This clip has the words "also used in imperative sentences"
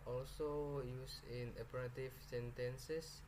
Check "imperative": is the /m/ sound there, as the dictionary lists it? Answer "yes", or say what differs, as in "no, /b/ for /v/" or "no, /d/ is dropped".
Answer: no, /m/ is dropped